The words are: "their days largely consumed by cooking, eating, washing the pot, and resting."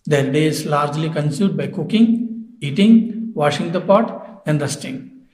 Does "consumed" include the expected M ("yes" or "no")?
no